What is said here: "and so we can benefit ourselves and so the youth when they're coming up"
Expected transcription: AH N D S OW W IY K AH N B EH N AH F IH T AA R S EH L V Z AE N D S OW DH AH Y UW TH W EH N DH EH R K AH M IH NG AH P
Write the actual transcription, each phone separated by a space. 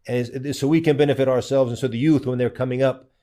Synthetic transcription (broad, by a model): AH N S OW W IY K AH N B EH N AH F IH T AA R S EH L V Z N S OW DH AH Y UW TH W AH N DH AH R K AH M IH NG AH P